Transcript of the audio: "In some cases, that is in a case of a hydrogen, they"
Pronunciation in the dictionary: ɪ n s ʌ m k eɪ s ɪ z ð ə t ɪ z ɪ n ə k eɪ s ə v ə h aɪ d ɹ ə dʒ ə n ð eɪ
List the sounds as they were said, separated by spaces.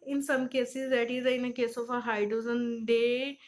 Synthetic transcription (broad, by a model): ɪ n s ʌ m k eɪ s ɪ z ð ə t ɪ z ɪ n ə k eɪ s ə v ə h aɪ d ə z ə n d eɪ